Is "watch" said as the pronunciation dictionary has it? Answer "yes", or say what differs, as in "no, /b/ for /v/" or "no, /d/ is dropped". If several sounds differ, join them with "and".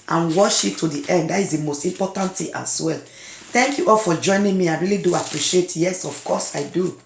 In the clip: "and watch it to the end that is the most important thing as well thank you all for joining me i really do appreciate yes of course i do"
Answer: no, /ʃ/ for /tʃ/